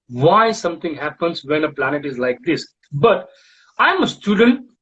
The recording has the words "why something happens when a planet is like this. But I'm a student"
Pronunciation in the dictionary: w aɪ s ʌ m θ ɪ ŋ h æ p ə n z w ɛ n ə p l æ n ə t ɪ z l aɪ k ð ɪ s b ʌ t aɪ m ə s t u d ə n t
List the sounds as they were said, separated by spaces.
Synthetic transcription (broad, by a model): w aɪ s ʌ m t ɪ ŋ h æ p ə n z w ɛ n ə p l æ n ə t ɪ z l aɪ k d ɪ s b ʌ t aɪ m ə s t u d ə n t